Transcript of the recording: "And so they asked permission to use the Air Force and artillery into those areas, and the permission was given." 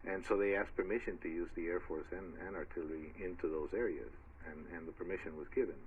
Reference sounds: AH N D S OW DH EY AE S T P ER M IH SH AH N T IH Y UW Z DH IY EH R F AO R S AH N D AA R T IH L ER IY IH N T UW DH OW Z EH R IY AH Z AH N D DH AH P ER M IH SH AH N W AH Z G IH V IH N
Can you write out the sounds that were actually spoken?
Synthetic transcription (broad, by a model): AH N S OW DH EY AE S P ER M IH SH AH N T IH Y UW Z DH IY EH R F AO R S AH N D AA R T IH L ER IY IH N T UW DH OW Z EH R IY AH Z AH N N DH AH P ER M IH SH AH N W AH Z G IH V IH N